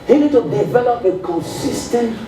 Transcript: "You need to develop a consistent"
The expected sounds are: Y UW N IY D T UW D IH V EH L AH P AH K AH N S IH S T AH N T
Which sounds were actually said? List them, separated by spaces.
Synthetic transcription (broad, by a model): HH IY N IY D T UW D IH V EH L AH P AH K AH N S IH S T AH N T